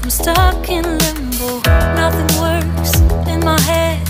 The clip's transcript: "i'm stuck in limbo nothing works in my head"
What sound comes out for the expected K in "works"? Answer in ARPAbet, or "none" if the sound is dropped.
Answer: none